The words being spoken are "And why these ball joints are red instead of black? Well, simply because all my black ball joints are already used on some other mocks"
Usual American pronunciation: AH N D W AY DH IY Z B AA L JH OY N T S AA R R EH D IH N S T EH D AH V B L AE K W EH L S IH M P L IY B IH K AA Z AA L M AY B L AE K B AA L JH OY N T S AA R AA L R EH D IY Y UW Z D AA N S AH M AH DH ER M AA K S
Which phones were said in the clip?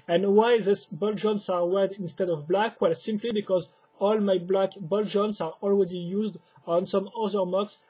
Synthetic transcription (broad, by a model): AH N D W AY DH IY S B AA L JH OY N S AA R W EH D IH N S T EH D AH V B L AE K W EH L S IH M P L IY B IH K AA Z AA L M AY B L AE K B AA L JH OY N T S AA R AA L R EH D IY Y UW Z D AA N S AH M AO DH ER M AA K S